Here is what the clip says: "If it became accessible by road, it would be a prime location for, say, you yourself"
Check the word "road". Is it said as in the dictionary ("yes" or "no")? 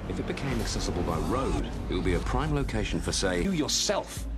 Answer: yes